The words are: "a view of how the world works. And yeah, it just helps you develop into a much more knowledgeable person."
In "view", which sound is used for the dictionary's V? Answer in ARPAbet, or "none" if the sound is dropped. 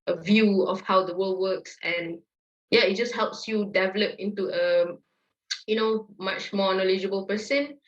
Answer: V